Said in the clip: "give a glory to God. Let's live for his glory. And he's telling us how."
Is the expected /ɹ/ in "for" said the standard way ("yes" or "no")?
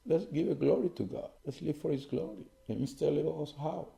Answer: yes